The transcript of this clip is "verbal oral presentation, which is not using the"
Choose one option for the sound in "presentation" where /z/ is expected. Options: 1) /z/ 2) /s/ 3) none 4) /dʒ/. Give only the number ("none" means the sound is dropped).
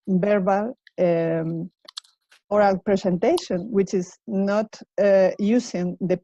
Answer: 2